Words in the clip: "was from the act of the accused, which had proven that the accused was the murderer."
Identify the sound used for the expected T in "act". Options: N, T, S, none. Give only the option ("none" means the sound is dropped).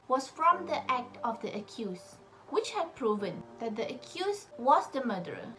T